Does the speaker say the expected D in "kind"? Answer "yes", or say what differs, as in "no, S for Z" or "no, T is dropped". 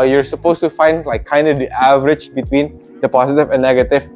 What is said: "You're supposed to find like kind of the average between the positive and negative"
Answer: yes